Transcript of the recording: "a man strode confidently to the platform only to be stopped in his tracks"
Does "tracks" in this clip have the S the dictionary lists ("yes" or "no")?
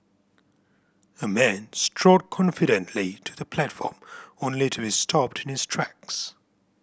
yes